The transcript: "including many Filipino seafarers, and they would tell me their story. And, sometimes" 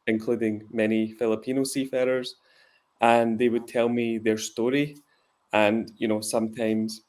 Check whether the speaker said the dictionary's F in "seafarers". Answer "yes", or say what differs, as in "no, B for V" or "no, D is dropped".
yes